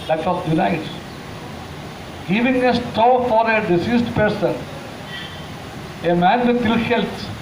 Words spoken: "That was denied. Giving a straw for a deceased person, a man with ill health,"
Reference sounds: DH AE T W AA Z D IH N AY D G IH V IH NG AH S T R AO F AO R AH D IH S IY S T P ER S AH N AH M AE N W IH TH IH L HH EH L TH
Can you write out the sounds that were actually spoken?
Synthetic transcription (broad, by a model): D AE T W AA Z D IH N AY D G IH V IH NG AH S T AO F AO R AH D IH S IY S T P ER S AH N AH M AE N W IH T IH L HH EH L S